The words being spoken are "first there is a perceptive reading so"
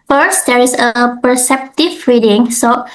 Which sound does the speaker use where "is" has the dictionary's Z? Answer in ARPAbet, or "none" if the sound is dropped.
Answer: S